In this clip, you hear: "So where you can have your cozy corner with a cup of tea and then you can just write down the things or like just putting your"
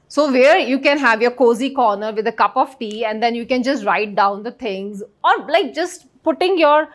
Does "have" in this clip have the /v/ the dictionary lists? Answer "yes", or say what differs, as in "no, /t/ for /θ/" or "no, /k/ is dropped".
yes